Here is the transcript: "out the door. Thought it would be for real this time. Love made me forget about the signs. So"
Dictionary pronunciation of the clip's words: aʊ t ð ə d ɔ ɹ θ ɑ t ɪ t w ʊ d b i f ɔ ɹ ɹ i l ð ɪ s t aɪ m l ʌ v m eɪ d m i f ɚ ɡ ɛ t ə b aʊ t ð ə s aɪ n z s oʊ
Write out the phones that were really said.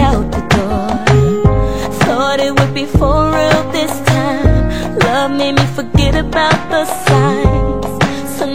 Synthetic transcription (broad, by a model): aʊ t ð ə d ɔ ɹ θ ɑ t ɪ t w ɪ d b i f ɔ l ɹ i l ð ɪ s t aɪ m l ʌ v m eɪ d m i f ɚ ɡ ɛ t ə b aʊ t ð ə s aɪ n z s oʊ